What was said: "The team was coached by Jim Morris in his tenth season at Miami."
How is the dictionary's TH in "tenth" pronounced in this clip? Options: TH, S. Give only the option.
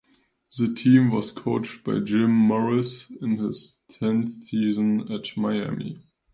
TH